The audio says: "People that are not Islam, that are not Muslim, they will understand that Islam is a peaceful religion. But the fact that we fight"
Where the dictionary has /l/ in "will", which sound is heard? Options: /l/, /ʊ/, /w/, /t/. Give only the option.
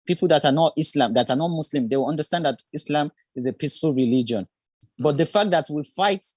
/w/